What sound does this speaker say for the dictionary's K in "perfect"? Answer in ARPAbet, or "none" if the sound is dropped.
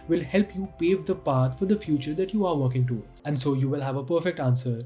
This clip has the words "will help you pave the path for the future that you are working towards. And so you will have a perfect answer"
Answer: K